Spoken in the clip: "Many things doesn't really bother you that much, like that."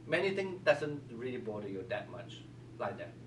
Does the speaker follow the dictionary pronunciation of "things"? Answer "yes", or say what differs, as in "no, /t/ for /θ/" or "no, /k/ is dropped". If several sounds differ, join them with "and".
no, /t/ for /θ/ and /z/ is dropped